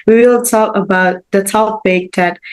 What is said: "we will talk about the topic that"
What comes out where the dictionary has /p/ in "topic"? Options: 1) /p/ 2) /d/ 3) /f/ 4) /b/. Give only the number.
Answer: 4